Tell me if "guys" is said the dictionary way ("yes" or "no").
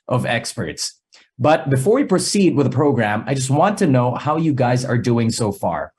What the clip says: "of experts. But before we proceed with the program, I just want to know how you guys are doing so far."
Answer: yes